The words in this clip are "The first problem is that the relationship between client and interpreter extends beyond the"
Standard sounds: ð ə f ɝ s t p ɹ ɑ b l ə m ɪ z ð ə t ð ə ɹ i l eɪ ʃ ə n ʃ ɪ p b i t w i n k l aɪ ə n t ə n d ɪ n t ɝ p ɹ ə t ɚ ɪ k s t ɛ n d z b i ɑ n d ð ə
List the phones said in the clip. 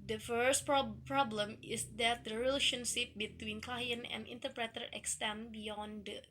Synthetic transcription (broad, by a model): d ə f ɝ s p p ɹ ɑ b l ə m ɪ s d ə t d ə ɹ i l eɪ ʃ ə n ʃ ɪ p b i t w i n k l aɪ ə n ə n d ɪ n t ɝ p ɹ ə t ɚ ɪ k s t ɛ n b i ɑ n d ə